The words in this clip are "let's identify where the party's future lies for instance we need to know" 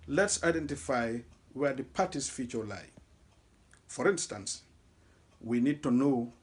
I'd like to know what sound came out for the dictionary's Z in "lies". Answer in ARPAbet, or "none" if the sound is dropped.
none